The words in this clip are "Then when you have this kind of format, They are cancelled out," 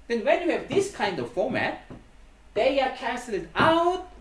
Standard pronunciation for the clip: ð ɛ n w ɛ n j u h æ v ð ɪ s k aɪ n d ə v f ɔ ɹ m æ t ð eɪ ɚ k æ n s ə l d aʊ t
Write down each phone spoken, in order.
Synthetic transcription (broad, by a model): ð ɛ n w ɛ n j u h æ v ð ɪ s k aɪ n d ə v f ɔ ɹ m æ t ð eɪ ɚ k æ s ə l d aʊ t